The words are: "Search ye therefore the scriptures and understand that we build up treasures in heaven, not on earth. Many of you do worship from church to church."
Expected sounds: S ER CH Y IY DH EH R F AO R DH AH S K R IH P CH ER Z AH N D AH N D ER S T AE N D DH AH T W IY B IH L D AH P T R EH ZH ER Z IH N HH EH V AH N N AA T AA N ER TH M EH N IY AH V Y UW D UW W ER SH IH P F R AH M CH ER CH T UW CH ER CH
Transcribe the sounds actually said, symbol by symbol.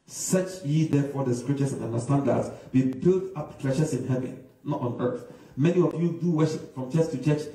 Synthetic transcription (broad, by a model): S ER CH Y IY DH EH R F AO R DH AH S K R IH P CH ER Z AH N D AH N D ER S T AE N D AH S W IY B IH L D AH P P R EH SH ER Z IH N HH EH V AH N N AA T N ER TH M EH N IY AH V Y UW D UW W ER SH IH P F R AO M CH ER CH T UW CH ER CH